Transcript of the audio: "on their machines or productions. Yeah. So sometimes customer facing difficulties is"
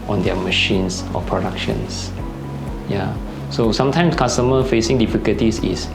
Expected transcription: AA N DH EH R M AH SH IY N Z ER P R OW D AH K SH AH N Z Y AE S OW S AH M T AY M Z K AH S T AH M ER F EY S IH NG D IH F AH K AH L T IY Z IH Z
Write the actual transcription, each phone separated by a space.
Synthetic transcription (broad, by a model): AA N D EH M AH SH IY N S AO P R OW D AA K SH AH N S Y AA S OW S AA M T AY M S K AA S T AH M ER F EY S IH NG D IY F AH K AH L T IY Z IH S